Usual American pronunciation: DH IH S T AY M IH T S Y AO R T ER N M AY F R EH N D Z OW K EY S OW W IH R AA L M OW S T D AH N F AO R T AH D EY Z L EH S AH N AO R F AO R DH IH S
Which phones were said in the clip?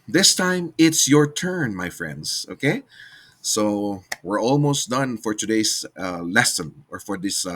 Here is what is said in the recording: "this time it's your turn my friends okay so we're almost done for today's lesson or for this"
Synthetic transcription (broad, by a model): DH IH S T AY M IH T S Y AO R T ER N M AY F R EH N D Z OW K EY S OW W IH R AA L M OW S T D AH N F AO R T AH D EY S L EH S AH N AO R F AO R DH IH S